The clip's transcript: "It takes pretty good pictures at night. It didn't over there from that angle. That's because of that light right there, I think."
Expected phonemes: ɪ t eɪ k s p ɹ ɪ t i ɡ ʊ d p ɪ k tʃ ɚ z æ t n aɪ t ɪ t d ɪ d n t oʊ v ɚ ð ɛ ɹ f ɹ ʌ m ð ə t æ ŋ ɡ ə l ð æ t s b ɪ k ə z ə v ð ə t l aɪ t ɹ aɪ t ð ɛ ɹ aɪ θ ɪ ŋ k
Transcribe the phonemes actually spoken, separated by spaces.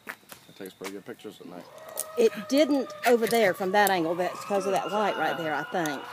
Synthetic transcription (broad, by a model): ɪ t eɪ k s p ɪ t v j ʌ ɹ p ɪ k tʃ ɚ z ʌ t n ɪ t ɪ t d ɪ d n t oʊ v ɚ ð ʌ ɹ f ɹ ʌ m ð ə t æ ŋ ɡ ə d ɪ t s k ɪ ə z ə v ð ə t l aɪ t ɹ aɪ t ð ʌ ɹ aɪ θ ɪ ŋ k